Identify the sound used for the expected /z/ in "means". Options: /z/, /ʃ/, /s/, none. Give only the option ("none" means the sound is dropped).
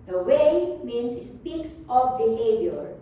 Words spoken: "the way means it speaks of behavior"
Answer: /s/